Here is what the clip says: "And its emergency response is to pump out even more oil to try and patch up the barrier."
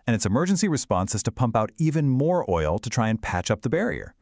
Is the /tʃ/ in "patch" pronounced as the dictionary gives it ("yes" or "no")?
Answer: yes